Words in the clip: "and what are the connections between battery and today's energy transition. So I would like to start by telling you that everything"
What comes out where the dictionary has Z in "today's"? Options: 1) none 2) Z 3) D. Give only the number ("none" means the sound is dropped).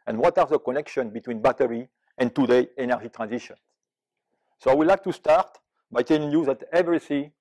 1